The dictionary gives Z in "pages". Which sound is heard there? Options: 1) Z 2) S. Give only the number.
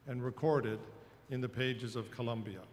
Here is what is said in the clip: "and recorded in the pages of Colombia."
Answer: 1